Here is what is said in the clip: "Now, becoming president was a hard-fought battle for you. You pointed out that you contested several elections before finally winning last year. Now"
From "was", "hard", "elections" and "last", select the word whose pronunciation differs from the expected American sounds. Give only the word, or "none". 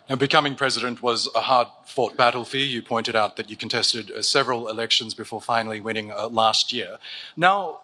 none